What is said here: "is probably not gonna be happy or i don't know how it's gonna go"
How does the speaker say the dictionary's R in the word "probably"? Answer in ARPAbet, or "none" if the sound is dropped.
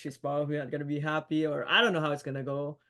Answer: none